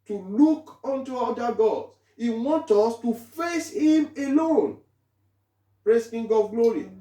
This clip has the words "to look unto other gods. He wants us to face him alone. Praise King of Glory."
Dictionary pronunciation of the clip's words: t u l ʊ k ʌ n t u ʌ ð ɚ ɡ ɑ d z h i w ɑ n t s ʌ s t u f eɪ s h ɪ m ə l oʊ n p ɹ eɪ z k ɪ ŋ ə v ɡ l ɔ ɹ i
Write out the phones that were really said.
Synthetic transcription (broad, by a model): t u l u k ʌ n t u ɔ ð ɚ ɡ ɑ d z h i w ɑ n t ʌ s t u f eɪ s h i m ə l oʊ n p ɹ eɪ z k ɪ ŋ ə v ɡ l ɔ ɹ i